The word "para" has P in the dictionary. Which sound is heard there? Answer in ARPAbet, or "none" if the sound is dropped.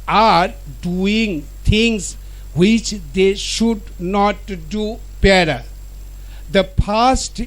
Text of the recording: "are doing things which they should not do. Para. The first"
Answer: B